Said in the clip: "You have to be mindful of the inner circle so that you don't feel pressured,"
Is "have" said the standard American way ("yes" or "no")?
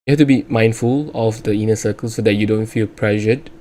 no